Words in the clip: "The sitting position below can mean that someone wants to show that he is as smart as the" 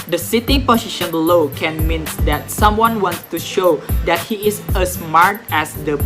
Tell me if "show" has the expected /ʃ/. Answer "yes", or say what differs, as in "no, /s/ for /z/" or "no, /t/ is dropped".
yes